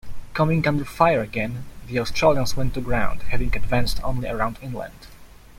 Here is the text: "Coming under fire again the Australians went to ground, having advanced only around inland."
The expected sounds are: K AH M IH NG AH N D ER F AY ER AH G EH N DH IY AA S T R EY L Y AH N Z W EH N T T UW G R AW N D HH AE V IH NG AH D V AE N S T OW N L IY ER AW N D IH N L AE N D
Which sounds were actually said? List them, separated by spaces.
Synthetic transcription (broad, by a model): K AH M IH NG AH N D ER F AY ER AH G EH N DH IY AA S T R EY L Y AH N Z W EH N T T UW G R AW N D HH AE V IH NG AH D V AE N S T OW N L IY ER AW N D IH N L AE N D